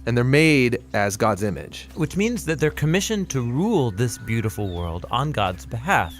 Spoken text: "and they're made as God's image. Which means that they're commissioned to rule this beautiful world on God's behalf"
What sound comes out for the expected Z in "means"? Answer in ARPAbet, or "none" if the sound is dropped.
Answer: Z